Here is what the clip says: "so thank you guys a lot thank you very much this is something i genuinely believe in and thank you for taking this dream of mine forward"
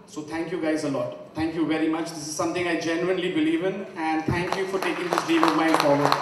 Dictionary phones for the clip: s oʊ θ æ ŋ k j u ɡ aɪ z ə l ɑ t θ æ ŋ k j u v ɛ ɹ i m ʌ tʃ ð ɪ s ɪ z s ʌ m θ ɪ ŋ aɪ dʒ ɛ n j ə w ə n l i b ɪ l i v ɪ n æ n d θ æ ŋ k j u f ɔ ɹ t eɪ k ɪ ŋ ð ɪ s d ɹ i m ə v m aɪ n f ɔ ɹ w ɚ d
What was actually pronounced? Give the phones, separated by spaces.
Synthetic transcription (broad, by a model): s oʊ t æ ŋ k j u ɡ aɪ z ə l ɑ t t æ ŋ k j u v ɛ ɹ i m ʌ tʃ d ɪ s ɪ z s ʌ m t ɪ ŋ aɪ dʒ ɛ n j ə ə n l i b ɪ l i v ɪ n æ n d t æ ŋ k j u f ɔ ɹ t eɪ k ɪ ŋ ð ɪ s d i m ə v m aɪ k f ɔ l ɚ